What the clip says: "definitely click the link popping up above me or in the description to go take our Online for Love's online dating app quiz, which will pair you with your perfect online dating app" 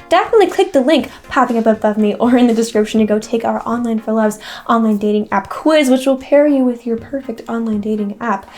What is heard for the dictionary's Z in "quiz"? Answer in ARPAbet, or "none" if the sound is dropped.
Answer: Z